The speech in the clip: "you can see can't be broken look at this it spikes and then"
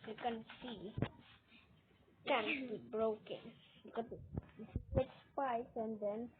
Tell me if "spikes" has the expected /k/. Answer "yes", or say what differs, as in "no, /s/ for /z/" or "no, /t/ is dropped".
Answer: no, /k/ is dropped